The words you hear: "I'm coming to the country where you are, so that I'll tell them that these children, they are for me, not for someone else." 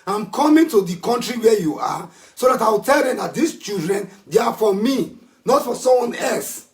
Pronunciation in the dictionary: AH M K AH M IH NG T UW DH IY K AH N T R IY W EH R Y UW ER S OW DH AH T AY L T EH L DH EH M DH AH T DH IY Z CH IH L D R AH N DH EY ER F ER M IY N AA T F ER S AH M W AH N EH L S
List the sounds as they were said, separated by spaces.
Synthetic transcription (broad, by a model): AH M K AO M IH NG T UW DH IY K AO N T R IY W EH Y UW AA S OW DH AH T AY W T EH L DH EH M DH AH T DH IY S CH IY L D R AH N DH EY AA F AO M IY N AA T F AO S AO M W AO N EH L S